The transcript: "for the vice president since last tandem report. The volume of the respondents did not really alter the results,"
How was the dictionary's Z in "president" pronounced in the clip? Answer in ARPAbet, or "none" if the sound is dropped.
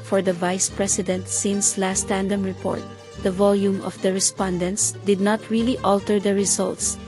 S